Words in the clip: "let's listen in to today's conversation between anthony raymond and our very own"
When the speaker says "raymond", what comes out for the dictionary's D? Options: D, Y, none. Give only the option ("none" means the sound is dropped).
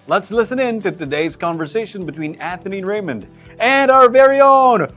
D